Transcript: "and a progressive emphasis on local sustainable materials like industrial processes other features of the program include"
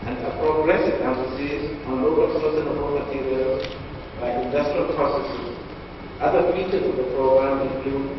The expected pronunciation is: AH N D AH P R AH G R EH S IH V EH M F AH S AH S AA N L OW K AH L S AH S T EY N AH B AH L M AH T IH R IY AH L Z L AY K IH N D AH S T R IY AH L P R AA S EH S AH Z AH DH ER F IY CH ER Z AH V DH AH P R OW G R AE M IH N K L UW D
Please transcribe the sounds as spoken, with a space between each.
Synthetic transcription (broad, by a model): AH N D AH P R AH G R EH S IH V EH F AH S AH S AA N L OW K AH L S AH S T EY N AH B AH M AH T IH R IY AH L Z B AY IH N D AH S T R IY AH L P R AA S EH S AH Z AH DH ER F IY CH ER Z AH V DH AH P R OW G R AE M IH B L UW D